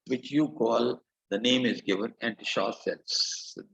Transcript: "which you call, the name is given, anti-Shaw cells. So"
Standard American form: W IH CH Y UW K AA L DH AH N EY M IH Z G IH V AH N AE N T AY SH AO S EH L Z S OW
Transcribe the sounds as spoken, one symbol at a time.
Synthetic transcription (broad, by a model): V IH CH Y UW K AA L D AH N EY M IH Z G IH V AH N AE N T SH AO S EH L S